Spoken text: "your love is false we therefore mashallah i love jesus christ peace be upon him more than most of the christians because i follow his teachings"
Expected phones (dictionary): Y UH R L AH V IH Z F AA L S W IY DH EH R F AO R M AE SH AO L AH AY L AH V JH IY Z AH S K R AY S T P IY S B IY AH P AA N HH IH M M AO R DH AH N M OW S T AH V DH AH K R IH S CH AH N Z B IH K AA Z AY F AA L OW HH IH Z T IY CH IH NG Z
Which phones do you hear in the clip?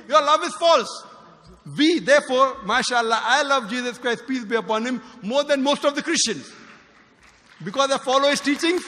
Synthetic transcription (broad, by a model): Y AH R L AH V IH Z F AA L S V IY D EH R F AO R M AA SH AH L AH AY L AH V JH IY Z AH S K R AY S T P IY S B IY AH P AA N HH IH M M AO R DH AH N M OW S T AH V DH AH K R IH S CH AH N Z B IH K AA Z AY F AA L OW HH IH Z T IY CH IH NG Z